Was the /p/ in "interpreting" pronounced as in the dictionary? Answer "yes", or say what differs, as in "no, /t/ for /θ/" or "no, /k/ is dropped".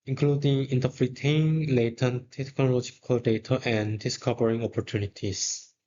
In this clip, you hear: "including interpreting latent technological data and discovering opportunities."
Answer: no, /f/ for /p/